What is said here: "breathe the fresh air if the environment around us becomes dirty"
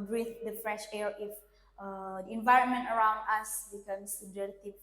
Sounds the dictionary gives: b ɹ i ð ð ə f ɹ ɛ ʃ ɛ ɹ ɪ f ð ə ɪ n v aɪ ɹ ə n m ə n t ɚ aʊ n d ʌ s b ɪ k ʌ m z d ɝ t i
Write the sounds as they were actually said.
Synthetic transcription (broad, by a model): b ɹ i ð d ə f ɹ ɛ ʃ ɛ ɹ ɪ f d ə ɪ n v aɪ ɹ ə n m ə n t ɚ aʊ n d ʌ s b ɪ k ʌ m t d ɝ t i